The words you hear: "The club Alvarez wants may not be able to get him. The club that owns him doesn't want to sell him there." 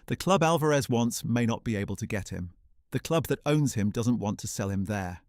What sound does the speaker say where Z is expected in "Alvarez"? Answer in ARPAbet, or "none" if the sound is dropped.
Z